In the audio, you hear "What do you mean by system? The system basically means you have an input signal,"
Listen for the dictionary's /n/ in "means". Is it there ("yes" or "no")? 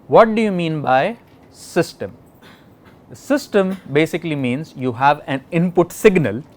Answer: yes